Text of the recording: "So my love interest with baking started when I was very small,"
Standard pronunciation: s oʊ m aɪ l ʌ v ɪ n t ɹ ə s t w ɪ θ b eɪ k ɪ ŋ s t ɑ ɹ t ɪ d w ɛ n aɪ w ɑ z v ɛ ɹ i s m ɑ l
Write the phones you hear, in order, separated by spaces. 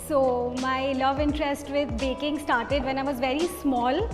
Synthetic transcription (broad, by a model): s oʊ m aɪ l ʌ v ɪ n t ɹ ə s t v ɪ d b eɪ k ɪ ŋ s t ɑ ɹ t ɪ d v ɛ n aɪ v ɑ z v ɛ ɹ i s m ɑ l